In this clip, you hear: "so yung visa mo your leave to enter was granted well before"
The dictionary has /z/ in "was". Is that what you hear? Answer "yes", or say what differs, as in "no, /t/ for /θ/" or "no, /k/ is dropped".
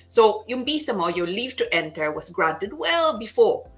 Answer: no, /s/ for /z/